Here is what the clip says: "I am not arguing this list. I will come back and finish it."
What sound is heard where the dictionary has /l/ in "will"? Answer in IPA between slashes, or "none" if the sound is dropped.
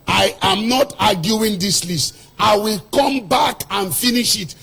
/l/